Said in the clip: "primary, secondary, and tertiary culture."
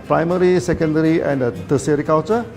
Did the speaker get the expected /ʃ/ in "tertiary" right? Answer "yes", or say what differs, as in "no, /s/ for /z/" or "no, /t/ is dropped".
no, /s/ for /ʃ/